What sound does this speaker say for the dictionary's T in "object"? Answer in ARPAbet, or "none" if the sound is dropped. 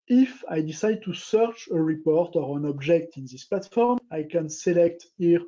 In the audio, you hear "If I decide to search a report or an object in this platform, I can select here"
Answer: T